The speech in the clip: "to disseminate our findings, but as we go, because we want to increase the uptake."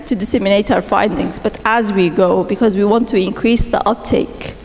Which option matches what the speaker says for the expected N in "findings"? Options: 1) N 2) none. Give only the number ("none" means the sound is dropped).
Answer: 1